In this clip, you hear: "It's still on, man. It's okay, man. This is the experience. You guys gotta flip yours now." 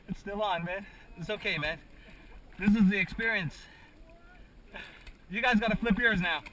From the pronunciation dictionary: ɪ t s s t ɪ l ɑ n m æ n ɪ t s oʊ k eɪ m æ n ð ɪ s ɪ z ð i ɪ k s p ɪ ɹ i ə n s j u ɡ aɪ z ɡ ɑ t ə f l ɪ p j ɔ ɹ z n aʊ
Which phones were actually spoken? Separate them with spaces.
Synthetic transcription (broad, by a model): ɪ t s s t ɪ l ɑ n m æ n ɪ t s oʊ k eɪ m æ n ð ɪ s ɪ z ð i ɪ k s p ɪ ɹ i ə n s j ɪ ɡ aɪ z ɡ ɑ t ə f l ɪ p j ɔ ɹ z n aʊ